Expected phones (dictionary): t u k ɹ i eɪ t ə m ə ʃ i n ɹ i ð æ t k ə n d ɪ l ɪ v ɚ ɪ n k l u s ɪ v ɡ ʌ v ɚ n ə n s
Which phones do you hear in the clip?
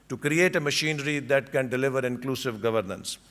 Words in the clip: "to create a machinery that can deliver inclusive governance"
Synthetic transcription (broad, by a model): t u k ɹ i eɪ t ə m ə ʃ i n ɹ i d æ t k ə n d ɪ l ɪ v ɚ ɪ n k l u s ɪ v ɡ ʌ v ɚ n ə n s